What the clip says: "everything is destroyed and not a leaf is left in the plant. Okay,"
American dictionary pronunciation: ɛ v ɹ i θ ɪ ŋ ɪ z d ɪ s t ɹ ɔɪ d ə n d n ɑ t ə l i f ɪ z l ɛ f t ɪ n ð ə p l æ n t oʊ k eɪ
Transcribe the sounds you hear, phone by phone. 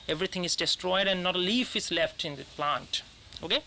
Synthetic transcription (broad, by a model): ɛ v ɹ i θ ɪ ŋ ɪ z d ɪ s t ɹ ɔɪ d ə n n ɑ t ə l i f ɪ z l ɛ f t ɪ n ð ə p l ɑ n t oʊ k eɪ